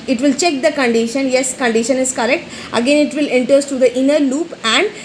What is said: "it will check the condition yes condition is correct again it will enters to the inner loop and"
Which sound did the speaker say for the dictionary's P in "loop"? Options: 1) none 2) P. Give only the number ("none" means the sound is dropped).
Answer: 2